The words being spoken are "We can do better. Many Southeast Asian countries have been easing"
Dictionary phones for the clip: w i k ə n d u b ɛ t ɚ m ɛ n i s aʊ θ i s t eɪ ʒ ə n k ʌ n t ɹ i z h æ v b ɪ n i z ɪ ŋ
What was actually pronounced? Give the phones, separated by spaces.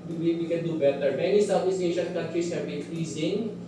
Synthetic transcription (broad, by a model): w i k ə n d u b ɛ t ɚ m ɛ n i s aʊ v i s eɪ ʃ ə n k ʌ n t ɹ i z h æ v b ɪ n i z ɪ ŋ